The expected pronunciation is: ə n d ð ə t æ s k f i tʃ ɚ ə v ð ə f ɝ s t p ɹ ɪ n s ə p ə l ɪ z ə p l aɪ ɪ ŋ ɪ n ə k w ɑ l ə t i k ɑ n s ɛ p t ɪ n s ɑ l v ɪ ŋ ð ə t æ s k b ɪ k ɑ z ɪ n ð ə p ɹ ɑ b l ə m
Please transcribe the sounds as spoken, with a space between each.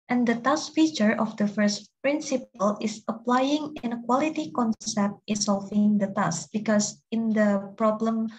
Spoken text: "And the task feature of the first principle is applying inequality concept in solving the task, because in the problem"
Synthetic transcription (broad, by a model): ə n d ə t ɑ s f i tʃ ɚ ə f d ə f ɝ s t p ɹ ɪ n s ə p ə l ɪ s ə p l aɪ ɪ ŋ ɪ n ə k w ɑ l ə t i k ɑ n s ɛ p t ɪ n s ɑ l v ɪ ŋ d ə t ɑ s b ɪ k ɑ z ɪ n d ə p ɹ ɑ b l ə m